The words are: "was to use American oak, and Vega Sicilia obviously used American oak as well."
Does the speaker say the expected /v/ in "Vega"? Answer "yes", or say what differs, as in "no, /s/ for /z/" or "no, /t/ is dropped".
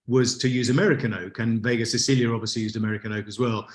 yes